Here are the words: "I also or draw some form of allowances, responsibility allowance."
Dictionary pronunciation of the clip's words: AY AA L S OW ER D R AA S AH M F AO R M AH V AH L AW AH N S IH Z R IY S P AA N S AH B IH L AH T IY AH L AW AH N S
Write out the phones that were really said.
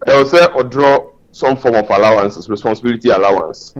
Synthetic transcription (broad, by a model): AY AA W S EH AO D R AA S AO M F AO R M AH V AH L AW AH N S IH S R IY S P AA N S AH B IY L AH T IY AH L AW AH N S